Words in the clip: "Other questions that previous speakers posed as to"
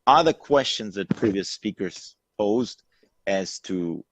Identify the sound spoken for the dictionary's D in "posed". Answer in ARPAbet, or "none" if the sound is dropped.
D